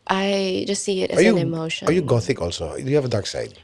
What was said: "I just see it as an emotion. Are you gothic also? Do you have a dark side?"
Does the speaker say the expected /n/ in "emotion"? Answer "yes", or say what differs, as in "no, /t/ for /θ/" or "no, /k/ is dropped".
no, /n/ is dropped